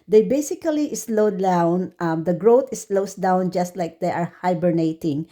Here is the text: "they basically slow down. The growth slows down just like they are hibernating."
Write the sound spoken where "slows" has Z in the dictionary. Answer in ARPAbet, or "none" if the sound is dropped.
S